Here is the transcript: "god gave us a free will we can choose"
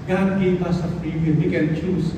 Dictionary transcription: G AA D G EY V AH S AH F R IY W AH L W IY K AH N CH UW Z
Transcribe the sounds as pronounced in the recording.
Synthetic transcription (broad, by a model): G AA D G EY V AH S AH P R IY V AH N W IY K AH N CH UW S